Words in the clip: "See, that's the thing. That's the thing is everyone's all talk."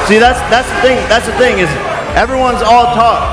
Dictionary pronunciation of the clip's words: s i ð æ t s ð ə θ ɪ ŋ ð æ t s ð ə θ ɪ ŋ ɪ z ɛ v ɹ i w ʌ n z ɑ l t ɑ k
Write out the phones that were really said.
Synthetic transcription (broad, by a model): s i ð æ t s ð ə θ ɪ ŋ ð æ t s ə θ ɪ ŋ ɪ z ɛ v ɹ i w ʌ n z ɑ l t ɑ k